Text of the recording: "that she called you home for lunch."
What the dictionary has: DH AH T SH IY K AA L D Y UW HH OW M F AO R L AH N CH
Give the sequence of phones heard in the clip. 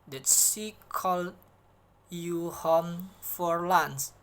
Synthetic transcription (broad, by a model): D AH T S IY K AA L Y UW HH OW M F AO R L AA N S